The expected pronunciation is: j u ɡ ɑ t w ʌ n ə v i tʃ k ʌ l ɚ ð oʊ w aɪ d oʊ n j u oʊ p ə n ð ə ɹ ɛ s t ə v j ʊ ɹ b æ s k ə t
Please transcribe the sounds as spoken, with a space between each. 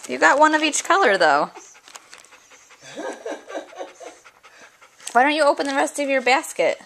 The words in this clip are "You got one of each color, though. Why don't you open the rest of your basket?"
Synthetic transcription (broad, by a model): j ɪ ɡ ɑ t w ʌ n ə v i tʃ k ʌ l ɚ ð oʊ w aɪ d oʊ n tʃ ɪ oʊ p ə n ð ə ɹ ɛ s t ə v j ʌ ɹ b æ s k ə t